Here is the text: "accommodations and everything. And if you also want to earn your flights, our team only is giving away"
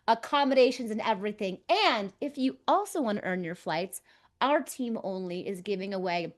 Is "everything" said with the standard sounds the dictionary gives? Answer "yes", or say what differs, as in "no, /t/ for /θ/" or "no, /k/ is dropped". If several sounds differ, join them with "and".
yes